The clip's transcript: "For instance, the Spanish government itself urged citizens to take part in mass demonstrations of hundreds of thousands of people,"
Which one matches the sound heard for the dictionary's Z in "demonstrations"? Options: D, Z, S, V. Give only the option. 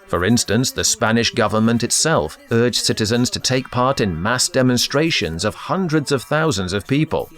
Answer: Z